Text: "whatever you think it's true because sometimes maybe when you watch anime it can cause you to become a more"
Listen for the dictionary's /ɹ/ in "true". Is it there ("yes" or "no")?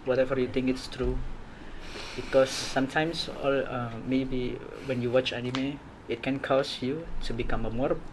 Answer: yes